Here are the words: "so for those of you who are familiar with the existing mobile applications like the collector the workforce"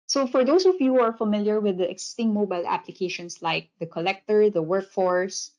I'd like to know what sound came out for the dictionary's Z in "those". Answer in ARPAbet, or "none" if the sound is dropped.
none